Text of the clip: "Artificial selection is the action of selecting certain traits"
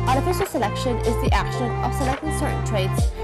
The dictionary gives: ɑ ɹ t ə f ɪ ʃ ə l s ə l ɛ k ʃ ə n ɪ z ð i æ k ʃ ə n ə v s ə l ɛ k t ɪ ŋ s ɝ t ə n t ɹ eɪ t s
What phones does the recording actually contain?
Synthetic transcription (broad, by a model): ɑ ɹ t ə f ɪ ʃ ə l s ə l ɛ k ʃ ə n ɪ z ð i æ k ʃ ə n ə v s ə l ɛ k t ɪ ŋ s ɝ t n t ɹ eɪ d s